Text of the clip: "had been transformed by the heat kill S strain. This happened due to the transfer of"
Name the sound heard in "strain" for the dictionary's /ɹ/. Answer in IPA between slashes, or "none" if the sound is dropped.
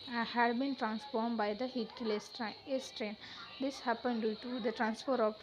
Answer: /ɹ/